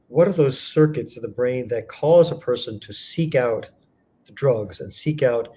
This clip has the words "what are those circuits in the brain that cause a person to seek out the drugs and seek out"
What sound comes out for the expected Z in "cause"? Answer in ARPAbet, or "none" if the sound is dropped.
Z